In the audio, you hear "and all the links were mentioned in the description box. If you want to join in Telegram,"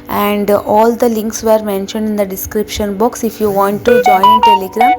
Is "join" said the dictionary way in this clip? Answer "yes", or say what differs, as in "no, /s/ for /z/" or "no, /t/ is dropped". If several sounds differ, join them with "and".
no, /n/ is dropped